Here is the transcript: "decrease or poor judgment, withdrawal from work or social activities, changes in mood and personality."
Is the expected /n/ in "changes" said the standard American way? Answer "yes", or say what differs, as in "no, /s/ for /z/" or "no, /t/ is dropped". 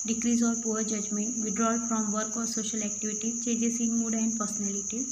no, /n/ is dropped